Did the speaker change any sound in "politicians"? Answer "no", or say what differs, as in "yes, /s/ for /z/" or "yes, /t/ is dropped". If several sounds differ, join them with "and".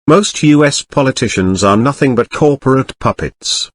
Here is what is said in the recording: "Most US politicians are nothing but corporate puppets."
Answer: no